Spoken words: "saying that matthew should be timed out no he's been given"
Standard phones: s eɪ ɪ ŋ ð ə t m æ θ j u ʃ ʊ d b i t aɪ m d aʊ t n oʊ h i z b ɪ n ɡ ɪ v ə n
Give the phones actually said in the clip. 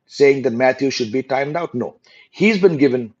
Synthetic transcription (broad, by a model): s eɪ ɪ ŋ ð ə t m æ t j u ʃ ʊ d b i t aɪ m d aʊ t n oʊ h i z b ɪ n ɡ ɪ v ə n